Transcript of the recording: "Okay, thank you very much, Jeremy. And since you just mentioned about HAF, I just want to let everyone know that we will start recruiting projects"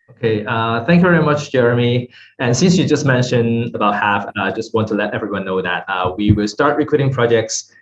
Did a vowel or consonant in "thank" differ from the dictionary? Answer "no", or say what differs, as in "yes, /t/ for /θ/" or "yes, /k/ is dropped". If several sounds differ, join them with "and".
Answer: no